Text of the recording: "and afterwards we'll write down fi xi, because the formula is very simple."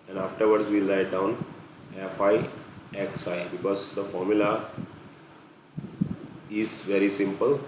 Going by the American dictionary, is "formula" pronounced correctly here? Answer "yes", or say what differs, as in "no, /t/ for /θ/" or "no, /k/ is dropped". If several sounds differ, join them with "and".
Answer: yes